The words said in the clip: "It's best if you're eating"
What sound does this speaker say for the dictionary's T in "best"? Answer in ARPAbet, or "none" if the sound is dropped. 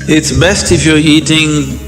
T